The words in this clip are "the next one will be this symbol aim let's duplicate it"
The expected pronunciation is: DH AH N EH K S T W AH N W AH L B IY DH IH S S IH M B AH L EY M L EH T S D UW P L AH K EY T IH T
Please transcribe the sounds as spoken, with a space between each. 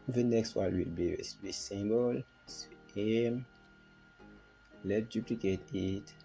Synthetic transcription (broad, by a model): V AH N EH K S T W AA L W AH L B IY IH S S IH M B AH L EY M L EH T D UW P L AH K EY T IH T